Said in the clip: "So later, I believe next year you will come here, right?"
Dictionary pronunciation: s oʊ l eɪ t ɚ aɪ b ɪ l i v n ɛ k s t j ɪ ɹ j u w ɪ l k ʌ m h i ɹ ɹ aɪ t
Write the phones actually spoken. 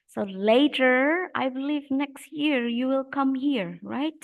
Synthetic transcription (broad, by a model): s oʊ l eɪ t ɚ aɪ b ɪ l i v n ɛ k s t j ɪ ɹ j u w ɪ l k ʌ m h i ɹ ɹ aɪ t